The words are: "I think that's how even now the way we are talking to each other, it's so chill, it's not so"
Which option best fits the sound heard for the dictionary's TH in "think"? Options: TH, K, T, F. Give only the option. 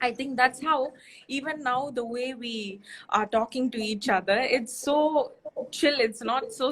T